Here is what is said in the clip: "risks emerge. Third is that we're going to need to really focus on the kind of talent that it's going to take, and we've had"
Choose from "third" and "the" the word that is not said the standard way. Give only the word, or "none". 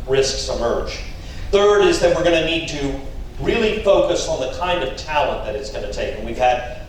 none